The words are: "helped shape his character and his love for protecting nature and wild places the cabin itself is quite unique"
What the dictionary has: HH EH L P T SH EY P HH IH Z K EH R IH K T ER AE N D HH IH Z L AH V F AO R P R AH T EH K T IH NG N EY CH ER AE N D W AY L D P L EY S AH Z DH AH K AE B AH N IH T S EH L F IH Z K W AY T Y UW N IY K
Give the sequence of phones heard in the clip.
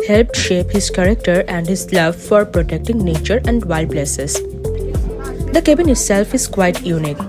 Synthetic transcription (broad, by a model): HH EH L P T SH EY P HH IH Z K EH R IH K T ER AE N D HH IH Z L AH V F AO R P R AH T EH K T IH NG N EY CH ER AE N D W AY L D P L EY S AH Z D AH K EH B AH N IH T S EH L F IH Z K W AY T Y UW N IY K